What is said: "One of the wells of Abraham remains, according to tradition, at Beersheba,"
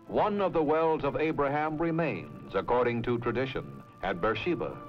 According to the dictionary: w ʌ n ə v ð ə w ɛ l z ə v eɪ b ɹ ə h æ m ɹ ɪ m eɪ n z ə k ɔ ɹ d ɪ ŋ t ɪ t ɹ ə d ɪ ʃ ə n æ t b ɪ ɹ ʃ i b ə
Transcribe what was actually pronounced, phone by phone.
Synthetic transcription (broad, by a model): w ʌ n ə v ð ə w ɛ l z ə v eɪ b ɹ ə h æ m ɹ ɪ m eɪ n z ə k ɔ ɹ d ɪ ŋ t ɪ t ɹ ə d ɪ ʃ ə n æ t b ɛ ɹ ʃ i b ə